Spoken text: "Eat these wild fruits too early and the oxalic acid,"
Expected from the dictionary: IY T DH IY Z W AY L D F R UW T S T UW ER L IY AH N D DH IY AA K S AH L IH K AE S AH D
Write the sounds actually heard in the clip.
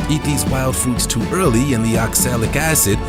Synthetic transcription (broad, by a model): IY T DH IY Z W AY L D F R UW T S T UW ER L IY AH N DH IY AA K S AH L IH K AE S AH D